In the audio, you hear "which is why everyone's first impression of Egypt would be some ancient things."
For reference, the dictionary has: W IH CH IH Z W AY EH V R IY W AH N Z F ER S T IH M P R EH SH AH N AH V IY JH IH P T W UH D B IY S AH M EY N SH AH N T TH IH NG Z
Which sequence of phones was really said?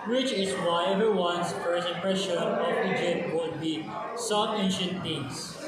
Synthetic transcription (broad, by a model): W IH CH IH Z W AY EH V R W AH N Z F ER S IH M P R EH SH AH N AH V IY JH IH P T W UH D B IY S AH M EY N SH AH N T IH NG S